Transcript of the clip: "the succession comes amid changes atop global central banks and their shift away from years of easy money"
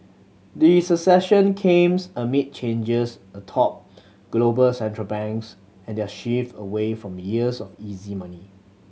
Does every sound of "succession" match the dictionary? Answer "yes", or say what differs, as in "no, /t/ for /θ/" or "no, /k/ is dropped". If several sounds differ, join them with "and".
no, /k/ is dropped